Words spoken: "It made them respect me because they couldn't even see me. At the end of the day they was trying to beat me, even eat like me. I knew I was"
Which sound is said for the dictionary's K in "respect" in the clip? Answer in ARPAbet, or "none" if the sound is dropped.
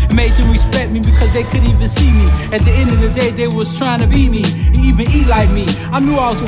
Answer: none